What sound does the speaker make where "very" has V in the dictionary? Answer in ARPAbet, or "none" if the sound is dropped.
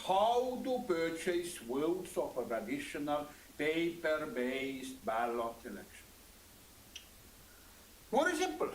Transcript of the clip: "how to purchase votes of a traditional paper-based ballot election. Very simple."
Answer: W